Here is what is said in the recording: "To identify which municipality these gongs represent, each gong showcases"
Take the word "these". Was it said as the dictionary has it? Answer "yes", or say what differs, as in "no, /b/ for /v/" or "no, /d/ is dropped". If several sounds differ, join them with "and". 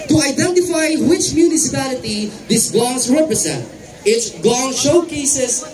no, /s/ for /z/